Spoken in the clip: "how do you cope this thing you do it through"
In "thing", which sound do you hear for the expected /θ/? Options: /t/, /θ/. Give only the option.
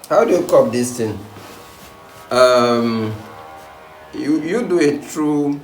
/t/